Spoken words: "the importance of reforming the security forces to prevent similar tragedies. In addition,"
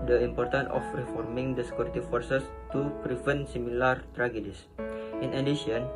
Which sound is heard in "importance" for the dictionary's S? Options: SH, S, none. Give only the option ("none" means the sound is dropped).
none